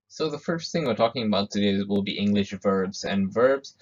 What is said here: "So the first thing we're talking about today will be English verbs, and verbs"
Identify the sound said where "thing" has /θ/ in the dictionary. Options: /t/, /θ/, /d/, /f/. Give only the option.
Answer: /θ/